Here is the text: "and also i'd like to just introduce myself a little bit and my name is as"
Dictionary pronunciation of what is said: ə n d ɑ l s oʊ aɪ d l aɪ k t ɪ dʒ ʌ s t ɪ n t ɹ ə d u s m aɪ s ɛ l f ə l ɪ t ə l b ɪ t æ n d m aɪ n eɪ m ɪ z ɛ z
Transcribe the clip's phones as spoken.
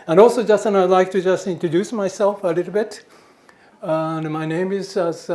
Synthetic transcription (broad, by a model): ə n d ɑ l s oʊ aɪ d l aɪ k t ɪ dʒ ʌ s t ɪ n t ɹ ə d u s m aɪ s ɛ l f ə l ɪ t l b ɪ t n m aɪ n eɪ m ɪ z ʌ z